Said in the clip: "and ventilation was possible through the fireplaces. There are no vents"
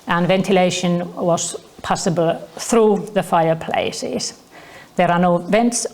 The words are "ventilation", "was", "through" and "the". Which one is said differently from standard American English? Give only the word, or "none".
none